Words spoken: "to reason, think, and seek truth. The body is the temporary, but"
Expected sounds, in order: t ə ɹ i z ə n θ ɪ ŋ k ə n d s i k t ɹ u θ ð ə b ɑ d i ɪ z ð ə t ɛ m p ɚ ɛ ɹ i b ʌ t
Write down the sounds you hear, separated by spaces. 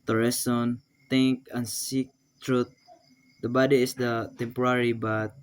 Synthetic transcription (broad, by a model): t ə ɹ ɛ s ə n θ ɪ ŋ k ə n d s i k t ɹ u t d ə b ɑ d i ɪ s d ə t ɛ m p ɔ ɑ ɹ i b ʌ t